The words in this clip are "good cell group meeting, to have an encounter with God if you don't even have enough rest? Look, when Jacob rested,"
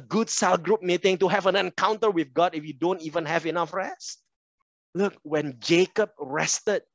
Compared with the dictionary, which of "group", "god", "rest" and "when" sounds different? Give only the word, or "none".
none